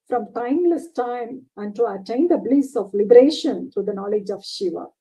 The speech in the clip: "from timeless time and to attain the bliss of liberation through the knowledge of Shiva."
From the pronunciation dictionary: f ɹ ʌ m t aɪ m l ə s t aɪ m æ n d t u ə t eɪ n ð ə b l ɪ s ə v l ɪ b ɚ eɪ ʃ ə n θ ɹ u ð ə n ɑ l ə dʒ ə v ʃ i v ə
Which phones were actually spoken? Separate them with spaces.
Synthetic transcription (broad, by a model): f ɹ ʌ m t aɪ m l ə s t aɪ m æ n d t u ə t eɪ n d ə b l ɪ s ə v l ɪ b ɚ eɪ ʃ ə n t ɹ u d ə n ɑ l ə dʒ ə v ʃ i v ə